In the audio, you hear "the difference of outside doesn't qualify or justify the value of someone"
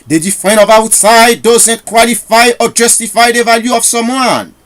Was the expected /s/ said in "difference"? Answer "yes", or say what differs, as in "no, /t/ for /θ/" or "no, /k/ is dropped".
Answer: no, /s/ is dropped